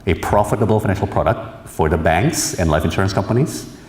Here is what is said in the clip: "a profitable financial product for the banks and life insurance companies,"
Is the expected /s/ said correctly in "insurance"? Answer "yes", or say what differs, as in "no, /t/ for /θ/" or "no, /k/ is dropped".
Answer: yes